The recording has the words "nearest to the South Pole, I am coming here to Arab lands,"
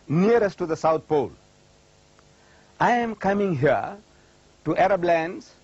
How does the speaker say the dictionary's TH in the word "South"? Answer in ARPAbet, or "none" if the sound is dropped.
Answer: T